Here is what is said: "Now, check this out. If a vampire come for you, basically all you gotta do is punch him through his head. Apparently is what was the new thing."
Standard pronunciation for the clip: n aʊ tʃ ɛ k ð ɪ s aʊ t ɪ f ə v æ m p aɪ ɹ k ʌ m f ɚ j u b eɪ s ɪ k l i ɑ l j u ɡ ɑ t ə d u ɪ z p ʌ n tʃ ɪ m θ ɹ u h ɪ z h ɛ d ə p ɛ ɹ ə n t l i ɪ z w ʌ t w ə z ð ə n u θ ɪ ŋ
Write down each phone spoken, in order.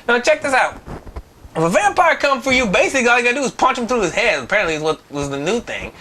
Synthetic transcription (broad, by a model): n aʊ tʃ ɛ k ð ɪ s aʊ t ɪ f ə v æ m p aɪ ɹ k ʌ m f ɚ j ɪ b eɪ s ɪ k l i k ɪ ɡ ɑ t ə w ɪ z p ʌ n tʃ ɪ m θ ɹ u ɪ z h ɛ d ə p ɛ ɹ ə n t l i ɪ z w ʌ t w ə z ð ə n u θ ɪ ŋ